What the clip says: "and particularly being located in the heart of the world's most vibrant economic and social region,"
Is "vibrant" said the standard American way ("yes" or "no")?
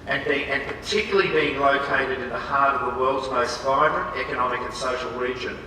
yes